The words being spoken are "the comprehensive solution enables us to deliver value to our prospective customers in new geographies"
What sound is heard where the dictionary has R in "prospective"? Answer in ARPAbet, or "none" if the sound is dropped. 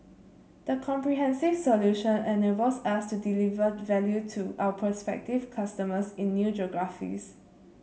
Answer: none